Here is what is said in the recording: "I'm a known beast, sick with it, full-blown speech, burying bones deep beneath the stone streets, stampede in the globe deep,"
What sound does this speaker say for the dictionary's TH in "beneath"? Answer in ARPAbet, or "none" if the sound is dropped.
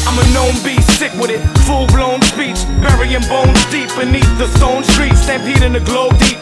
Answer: TH